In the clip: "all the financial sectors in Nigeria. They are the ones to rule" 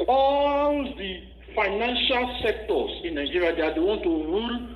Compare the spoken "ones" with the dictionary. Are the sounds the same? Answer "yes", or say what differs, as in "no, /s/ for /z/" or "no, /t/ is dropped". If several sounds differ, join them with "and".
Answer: no, /z/ is dropped